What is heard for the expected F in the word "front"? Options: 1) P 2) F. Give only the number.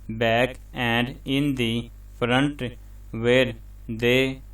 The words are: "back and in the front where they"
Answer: 1